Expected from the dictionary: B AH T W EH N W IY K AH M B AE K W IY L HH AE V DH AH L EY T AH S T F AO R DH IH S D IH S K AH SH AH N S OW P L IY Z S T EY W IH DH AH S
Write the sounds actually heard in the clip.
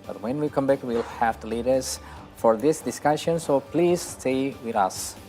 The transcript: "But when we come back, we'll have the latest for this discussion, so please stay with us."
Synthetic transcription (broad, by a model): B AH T W EH N W IY K AH M B AE K W IY L HH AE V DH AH L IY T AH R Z F AO R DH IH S D IH S K AH SH AH N S OW P L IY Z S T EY W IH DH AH S